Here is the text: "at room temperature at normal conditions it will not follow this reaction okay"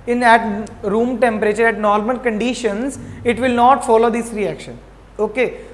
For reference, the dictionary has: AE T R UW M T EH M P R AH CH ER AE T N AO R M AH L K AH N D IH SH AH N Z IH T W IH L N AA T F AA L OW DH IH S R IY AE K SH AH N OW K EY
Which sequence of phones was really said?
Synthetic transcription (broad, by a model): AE T R UW M T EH M P R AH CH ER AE T N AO R M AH N K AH N D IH SH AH N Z IH T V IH L N AA T F AA L OW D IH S R IY AE K SH AH N OW K EY